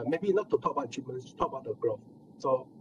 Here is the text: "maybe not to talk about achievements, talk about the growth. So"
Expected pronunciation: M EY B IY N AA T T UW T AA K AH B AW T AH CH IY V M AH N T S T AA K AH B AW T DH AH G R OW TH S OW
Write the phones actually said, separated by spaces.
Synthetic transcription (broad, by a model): M EY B IY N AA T T UW T AA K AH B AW AH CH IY M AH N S T AA K AH B AW T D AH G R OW F S OW